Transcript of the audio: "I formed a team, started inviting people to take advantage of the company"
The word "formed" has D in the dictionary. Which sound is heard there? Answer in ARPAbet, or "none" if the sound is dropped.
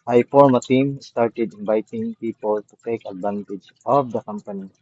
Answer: none